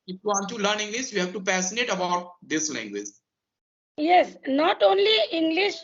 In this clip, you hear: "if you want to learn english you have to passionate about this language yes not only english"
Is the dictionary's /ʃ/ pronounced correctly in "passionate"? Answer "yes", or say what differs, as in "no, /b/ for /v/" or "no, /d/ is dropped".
no, /s/ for /ʃ/